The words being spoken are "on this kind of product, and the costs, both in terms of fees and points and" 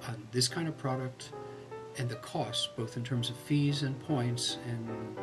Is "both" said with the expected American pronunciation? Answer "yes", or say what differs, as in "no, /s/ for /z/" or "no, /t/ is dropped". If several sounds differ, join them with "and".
yes